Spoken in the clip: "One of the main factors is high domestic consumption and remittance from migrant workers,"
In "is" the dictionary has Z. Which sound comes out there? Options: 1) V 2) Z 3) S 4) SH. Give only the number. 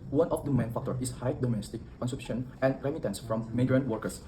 3